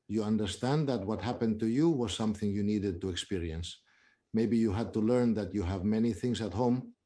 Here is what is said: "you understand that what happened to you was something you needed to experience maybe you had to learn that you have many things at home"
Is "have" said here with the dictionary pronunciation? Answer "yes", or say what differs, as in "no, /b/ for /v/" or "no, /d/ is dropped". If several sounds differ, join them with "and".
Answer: yes